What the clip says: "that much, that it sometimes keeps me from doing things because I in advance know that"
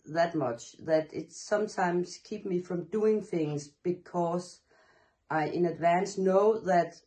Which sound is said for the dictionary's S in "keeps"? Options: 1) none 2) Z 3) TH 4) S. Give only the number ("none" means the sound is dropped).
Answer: 1